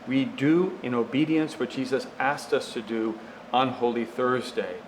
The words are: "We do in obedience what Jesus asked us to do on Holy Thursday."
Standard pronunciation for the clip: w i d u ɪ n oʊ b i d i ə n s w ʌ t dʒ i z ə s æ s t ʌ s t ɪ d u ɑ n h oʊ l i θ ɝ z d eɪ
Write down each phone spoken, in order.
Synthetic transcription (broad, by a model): w i d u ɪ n oʊ b i d i ə n s w ʌ t dʒ i z ə s æ s t ʌ s t ɪ d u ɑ n h oʊ l i θ ɝ z d eɪ